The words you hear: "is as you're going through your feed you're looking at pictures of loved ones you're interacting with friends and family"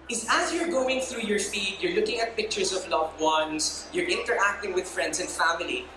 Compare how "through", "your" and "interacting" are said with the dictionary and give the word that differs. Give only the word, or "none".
none